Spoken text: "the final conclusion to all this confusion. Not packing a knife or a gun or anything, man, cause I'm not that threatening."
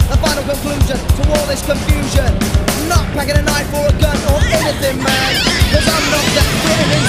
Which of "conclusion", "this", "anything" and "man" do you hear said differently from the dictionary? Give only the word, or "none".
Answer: none